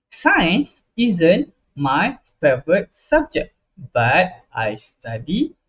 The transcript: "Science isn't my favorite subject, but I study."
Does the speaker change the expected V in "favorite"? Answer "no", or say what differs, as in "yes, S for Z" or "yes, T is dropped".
no